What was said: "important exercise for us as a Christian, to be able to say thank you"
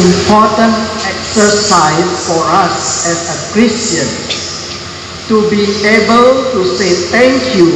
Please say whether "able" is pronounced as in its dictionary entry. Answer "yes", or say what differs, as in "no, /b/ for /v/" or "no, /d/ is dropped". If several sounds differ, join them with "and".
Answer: yes